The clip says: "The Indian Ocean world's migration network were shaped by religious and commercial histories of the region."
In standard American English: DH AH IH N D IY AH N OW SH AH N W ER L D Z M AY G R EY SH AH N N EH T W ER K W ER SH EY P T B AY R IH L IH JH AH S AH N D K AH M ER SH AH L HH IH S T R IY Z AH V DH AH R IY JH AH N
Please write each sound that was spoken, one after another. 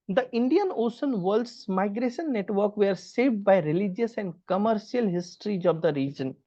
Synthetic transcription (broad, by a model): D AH IH N D IY AH N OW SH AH N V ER L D S M AY G R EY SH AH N N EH T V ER K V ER S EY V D B AY R IH L IH JH AH S AH N D K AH M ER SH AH L HH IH S T R IY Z AH V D AH R IY JH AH N